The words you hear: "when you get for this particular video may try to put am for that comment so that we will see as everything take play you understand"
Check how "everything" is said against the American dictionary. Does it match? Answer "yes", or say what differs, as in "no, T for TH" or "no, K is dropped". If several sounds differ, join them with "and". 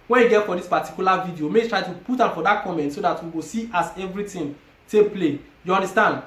no, T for TH